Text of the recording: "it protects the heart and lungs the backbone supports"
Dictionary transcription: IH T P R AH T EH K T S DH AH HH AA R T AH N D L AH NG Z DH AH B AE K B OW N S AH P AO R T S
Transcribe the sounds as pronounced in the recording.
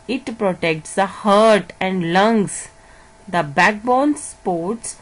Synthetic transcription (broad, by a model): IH T P R AH T EH K T S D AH HH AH R T AH N D L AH NG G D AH B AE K B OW N S P AO R T S